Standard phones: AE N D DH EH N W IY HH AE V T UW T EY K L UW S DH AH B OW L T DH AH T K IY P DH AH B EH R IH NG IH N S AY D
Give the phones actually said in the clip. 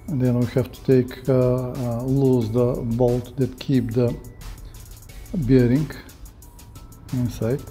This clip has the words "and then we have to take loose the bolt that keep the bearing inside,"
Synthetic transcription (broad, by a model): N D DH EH N W IY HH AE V T UW T EY K L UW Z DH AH B OW L T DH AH T K IY P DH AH B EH R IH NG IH N S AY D